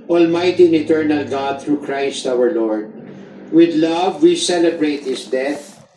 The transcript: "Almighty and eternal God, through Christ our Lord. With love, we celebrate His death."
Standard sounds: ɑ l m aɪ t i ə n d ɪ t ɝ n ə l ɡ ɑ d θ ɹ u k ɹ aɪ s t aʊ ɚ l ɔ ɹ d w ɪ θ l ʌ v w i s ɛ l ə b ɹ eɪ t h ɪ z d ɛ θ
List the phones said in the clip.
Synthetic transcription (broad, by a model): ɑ l m aɪ t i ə n ɪ t ɝ n ə l ɡ ɑ d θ ɹ u k ɹ aɪ s t aʊ ɚ l ɔ ɹ d w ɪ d l ʌ v w i s ɛ l ə b ɹ eɪ t h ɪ s d ɛ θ